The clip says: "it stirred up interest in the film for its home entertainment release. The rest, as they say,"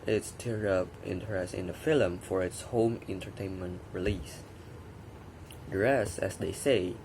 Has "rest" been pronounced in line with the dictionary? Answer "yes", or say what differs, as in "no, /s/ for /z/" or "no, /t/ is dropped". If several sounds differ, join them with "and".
no, /t/ is dropped